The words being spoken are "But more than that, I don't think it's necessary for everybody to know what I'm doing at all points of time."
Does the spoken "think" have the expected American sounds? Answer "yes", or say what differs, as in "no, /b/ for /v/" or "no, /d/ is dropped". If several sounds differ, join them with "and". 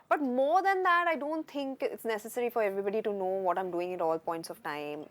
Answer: no, /t/ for /θ/